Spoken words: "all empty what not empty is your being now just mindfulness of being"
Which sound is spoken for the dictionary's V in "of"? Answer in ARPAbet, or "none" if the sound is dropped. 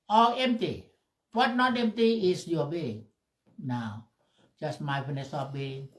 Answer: P